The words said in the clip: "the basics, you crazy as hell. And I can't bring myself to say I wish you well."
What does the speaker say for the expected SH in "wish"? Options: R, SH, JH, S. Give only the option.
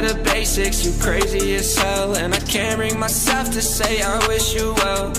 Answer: SH